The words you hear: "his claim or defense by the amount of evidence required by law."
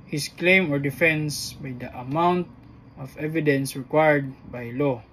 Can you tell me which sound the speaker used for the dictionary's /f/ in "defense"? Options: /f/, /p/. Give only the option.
/f/